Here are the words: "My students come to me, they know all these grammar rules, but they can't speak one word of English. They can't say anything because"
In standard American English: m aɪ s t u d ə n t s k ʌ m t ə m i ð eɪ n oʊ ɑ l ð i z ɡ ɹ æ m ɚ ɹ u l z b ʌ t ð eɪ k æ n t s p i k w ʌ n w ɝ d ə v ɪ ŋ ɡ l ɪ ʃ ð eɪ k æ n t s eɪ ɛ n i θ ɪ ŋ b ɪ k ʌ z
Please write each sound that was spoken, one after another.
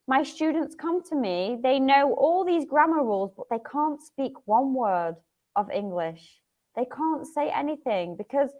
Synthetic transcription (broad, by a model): m aɪ s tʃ u d n t s k ʌ m t ə m i ð eɪ n oʊ ɑ l ð i z ɡ ɹ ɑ m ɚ ɹ u l z b ʌ t ð eɪ k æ n t s p i k w ʌ n w ɝ d ə v ɪ ŋ ɡ l ɪ ʃ ð eɪ k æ n t s eɪ ɛ n i θ ɪ ŋ b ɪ k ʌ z